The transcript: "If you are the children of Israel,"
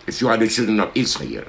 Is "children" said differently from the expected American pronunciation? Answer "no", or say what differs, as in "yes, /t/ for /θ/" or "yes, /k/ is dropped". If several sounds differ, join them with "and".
no